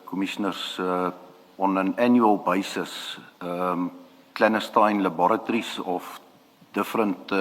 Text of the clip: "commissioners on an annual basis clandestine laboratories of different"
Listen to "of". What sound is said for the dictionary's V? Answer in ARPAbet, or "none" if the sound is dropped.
F